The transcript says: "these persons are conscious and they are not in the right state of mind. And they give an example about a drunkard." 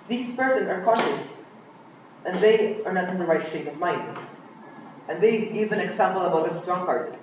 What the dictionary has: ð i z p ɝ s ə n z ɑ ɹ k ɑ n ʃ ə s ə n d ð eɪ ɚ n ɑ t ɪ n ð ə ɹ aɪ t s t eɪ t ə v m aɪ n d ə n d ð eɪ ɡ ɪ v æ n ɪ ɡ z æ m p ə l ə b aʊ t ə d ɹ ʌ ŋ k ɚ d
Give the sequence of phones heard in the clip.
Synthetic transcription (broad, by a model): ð i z p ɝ s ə n ɑ ɹ k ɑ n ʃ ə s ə n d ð eɪ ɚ n ɑ t ɪ n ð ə ɹ aɪ t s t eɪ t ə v m aɪ n d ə n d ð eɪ ɡ ɪ v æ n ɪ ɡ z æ m p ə l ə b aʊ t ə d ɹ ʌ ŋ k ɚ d